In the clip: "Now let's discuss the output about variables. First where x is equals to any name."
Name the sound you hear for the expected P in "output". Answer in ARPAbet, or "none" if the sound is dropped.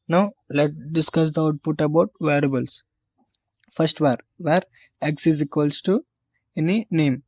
P